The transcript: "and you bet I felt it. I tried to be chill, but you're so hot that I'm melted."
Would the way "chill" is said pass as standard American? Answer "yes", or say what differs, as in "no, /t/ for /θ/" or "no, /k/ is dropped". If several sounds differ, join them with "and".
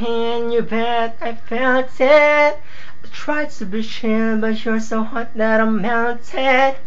no, /ʃ/ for /tʃ/